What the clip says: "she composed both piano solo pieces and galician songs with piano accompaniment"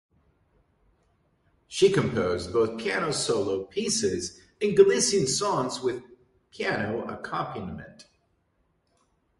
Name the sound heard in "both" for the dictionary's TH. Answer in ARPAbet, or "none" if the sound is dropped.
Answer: TH